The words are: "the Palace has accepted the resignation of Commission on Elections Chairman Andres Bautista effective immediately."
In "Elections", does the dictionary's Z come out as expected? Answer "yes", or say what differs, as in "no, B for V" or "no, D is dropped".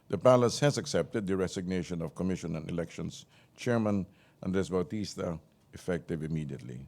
no, S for Z